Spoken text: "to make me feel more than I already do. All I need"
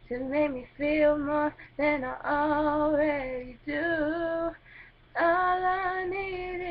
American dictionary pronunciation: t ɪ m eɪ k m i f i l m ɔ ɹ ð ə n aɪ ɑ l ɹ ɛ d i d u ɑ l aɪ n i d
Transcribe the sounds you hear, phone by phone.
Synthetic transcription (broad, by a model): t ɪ m eɪ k m i f i l m ɔ ɹ ð ə n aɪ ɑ l w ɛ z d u ɑ l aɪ n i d